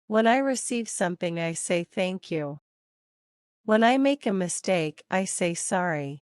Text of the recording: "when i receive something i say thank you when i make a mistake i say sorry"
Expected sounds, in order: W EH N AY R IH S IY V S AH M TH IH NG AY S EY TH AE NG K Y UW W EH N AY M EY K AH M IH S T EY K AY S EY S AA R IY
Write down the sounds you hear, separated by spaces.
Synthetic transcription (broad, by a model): W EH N AY R IH S IY V S AH M TH IH NG AY S EY TH AE NG K Y UW W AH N AY M EY K AH M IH S T EY K AY S EY S AA R IY